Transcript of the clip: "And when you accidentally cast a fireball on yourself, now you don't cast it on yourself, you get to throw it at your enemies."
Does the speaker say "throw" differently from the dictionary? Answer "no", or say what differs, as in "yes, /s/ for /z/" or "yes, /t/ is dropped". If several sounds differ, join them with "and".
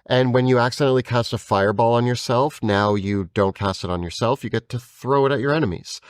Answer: no